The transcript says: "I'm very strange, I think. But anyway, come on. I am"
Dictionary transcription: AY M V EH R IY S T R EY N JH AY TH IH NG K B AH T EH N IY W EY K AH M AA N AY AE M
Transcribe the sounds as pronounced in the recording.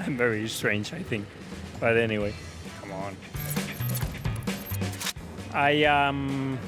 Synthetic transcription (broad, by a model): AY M V EH R IY S T R EY N JH AY TH IH NG K B AH T EH N IY W EY K AH M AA N AY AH M